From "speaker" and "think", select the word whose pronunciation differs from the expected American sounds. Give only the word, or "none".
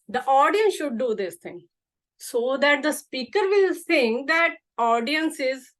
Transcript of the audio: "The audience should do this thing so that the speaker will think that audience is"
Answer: think